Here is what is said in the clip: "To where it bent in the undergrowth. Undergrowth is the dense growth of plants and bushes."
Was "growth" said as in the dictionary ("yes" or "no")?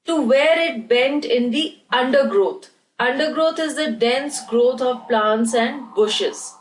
no